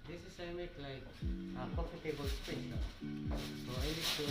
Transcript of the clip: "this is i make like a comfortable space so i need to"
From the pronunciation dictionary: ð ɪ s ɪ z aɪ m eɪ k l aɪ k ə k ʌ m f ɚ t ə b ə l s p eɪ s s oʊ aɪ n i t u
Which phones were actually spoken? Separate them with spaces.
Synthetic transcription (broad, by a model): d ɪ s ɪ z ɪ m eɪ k l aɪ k ə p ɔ f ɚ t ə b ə l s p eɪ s s oʊ aɪ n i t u